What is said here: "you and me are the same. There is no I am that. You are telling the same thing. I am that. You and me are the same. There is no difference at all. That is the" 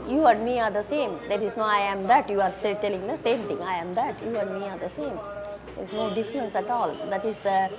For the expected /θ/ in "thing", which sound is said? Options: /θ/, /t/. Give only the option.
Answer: /t/